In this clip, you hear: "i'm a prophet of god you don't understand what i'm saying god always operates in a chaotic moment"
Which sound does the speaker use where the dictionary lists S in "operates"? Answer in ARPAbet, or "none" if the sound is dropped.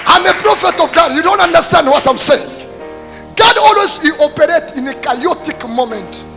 none